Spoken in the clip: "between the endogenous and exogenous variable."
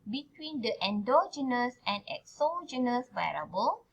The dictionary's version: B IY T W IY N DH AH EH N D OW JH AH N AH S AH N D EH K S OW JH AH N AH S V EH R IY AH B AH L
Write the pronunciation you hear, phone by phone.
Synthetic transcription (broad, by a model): B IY T W IY N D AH EH N D OW JH AH N AH S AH N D EH K S OW JH AH N AH S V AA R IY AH B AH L